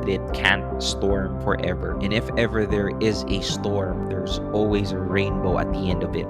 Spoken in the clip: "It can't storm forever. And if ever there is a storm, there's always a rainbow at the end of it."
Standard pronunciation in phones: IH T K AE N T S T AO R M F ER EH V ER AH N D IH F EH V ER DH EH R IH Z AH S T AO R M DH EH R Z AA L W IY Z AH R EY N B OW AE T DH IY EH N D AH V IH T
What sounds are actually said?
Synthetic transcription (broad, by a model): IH T K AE N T S T AO R M F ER EH V ER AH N IH F EH V ER DH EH R IH Z AH S T AO R M DH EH R Z AA L W IY Z AH R EY N B OW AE T DH IY EH N D AH V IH T